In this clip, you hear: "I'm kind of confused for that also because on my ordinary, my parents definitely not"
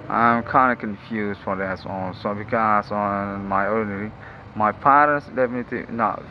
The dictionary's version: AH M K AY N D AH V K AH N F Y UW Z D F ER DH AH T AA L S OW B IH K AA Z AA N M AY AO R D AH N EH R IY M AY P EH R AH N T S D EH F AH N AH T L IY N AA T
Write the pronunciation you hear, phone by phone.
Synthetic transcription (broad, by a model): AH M K AY N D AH K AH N F Y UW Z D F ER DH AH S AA N S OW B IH K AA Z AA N M AY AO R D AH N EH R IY M AY P EH R AH N T S D EH F AH N AH T L IY N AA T